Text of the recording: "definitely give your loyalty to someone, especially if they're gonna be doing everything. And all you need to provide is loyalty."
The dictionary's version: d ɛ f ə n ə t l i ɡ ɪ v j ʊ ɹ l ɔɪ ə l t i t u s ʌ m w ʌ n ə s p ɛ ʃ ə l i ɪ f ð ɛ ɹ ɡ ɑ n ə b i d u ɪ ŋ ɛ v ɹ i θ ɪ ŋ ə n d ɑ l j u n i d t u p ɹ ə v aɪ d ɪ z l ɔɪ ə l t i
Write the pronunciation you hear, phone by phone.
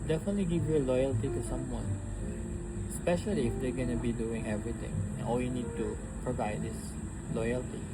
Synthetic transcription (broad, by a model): d ɛ f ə n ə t l i ɡ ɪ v j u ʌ l ɔɪ ə l t i t u s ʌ m w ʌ n s p ɛ ʃ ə l i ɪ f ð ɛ ɡ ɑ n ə b i d u ɪ ŋ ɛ v ɹ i t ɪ ŋ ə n ɑ l j u n i d t u p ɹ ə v aɪ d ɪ s l ɔɪ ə l t i